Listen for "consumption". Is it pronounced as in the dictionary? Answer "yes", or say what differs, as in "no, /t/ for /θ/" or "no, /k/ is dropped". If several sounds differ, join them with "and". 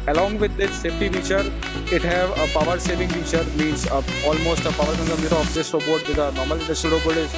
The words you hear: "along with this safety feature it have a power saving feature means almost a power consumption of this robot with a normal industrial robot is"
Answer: no, /ʃ/ is dropped